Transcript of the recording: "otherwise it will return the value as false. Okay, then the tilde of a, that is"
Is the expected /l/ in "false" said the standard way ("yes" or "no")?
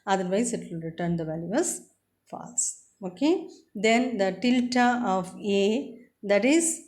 no